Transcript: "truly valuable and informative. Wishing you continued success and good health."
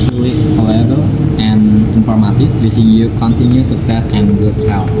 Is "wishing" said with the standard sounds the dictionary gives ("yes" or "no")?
no